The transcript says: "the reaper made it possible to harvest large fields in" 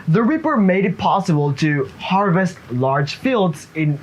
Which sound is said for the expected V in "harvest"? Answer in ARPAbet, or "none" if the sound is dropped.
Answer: V